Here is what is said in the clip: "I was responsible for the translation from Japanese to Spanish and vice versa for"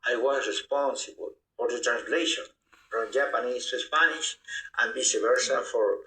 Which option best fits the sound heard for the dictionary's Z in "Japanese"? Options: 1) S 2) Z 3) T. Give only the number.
1